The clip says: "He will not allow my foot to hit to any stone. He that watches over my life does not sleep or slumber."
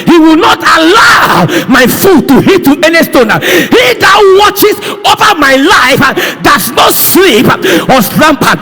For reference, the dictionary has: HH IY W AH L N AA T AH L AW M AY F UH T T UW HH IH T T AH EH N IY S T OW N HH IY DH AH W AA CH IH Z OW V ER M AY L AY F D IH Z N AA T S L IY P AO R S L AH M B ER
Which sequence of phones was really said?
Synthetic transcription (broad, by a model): HH IY W AH L N AA T AH L AW M AY F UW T T UW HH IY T T EH N IY S T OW N HH IY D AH W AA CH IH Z OW V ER M AY L AY F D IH S N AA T S L IY P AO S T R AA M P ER